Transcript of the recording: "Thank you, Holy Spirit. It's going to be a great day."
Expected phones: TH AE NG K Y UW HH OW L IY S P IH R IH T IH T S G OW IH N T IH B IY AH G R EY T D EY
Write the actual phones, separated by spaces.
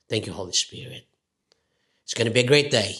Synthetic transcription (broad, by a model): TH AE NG K Y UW HH OW L IY S P IH R IH T IH T S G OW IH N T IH B IY AH G R EY T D EY